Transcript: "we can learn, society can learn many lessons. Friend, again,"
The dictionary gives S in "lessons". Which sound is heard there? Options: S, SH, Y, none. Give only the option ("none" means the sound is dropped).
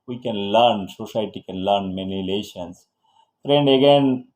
SH